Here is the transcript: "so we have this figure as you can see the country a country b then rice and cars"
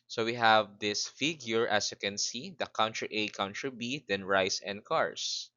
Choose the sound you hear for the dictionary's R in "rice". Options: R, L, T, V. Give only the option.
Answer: R